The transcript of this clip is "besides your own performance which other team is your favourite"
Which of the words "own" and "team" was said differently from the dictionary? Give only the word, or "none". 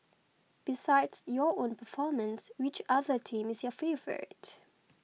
none